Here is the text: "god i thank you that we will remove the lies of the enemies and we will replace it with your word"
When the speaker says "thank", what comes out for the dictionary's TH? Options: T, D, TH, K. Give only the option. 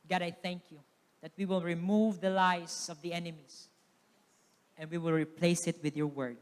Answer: TH